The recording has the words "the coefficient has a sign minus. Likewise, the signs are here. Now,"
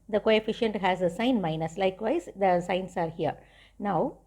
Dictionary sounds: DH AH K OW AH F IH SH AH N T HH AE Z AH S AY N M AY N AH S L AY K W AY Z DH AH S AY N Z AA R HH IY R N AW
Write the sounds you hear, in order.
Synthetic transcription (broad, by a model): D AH K OW AH F IH SH AH N T HH AE Z AH S AY N M AY N AH S L AY K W AY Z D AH S AY N S AA R HH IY R N AW